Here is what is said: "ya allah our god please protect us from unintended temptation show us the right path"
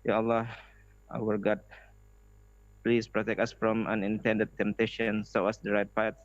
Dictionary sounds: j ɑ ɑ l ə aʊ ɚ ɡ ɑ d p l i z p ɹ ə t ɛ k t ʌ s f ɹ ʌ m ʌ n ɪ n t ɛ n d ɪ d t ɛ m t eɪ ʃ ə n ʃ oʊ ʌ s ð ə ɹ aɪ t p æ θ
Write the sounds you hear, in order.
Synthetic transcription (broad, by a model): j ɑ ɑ l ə aʊ ɚ ɡ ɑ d p l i s p ɹ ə t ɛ k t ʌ s f ɹ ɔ m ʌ n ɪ n t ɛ n d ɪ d t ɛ m t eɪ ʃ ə n s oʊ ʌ s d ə ɹ aɪ t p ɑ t